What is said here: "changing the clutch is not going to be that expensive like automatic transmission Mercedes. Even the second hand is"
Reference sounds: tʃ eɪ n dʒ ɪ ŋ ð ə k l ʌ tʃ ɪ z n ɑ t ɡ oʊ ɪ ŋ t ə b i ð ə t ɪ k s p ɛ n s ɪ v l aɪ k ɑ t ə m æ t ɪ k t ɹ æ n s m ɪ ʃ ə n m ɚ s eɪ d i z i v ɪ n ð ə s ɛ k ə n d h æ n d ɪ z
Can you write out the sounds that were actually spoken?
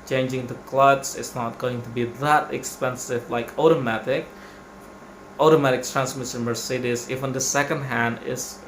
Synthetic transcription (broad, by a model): tʃ eɪ n dʒ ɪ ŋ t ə k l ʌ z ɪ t n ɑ t ɡ oʊ ɪ ŋ t ə b i ð ə t ɪ k s p ɛ n s ɪ v l aɪ k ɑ t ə m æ t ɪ k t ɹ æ n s m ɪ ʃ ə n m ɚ s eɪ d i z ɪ f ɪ n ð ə s ɛ k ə n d h æ n d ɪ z